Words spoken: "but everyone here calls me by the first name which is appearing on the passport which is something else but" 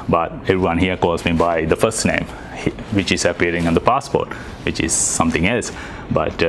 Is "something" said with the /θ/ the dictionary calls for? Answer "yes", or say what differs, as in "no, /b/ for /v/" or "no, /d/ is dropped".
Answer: no, /t/ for /θ/